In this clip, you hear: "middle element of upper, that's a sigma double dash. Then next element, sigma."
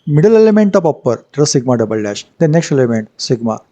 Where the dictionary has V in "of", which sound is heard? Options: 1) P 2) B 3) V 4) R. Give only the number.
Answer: 1